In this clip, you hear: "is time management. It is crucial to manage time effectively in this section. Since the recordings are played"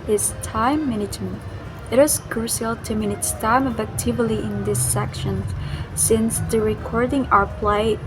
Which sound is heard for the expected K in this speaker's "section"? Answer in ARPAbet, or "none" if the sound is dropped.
K